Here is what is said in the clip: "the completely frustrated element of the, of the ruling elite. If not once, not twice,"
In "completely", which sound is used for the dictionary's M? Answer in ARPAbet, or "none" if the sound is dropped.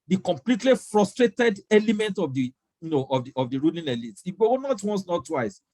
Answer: M